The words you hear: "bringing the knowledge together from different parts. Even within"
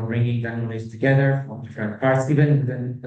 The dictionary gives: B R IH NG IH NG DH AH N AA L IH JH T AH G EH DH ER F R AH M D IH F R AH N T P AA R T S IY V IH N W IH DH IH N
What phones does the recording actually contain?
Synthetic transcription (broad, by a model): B R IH NG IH NG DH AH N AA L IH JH T AH G EH DH ER F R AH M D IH F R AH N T P AA R T S IY V IH N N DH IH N